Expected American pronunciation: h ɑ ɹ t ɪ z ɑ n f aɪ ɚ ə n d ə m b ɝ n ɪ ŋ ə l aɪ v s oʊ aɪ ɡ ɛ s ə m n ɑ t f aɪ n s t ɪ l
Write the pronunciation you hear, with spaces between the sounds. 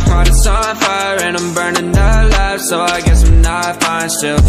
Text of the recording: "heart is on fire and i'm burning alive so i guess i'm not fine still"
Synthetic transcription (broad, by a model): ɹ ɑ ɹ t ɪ s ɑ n f aɪ ɚ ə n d ə m b ɝ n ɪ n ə l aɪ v s oʊ aɪ ɡ ɛ s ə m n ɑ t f aɪ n s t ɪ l